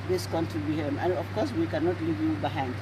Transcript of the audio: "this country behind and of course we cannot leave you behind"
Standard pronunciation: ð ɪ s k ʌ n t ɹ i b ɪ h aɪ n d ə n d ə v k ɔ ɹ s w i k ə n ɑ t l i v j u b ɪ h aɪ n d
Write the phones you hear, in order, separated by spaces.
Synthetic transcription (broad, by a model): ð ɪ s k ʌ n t i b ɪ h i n ə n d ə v k ɔ ɹ s w i k ə n ɑ t l i v j u b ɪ h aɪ n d